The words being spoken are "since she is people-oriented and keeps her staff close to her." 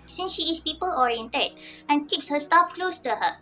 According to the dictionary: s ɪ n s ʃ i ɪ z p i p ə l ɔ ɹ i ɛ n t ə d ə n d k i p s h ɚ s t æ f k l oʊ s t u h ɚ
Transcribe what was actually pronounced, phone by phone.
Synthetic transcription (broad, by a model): s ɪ n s ʃ i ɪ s p i p ə l ɔ ɹ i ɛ n t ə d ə n k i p s h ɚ s t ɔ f k l oʊ s t u h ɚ